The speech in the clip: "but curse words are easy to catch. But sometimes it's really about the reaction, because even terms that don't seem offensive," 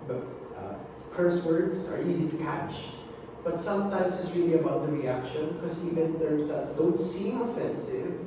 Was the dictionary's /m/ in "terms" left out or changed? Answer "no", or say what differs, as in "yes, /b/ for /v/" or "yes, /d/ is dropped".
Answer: yes, /m/ is dropped